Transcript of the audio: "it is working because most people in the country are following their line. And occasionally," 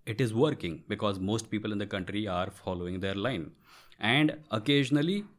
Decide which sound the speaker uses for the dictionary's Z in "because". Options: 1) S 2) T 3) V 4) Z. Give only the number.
4